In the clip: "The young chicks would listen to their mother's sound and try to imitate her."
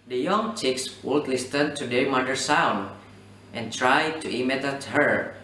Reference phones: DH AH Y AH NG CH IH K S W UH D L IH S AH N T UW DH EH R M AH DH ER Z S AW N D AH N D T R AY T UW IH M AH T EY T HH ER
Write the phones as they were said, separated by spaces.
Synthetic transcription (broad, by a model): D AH Y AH NG CH IH K S W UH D L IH S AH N T UW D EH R M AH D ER S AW N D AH N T R AY T UW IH M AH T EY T HH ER